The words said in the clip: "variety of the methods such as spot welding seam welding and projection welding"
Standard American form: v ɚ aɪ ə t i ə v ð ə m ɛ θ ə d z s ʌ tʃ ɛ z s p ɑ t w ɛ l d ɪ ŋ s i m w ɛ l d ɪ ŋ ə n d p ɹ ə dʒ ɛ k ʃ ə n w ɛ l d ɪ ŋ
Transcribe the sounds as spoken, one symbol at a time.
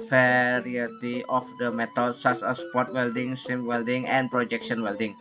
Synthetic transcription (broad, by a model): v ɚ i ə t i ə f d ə m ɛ t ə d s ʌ s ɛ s p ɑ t w ɛ l d ɪ ŋ s i m w ɛ l d ɪ ŋ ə n p ɹ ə dʒ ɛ k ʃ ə n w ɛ l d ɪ ŋ